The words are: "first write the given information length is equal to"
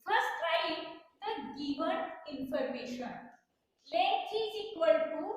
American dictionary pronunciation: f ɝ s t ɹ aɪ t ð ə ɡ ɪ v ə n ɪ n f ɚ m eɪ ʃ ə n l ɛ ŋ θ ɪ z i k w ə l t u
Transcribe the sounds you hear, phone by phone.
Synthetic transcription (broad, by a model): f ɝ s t ɹ aɪ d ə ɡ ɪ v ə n ɪ n f ɚ m eɪ ʃ ə n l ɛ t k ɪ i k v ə l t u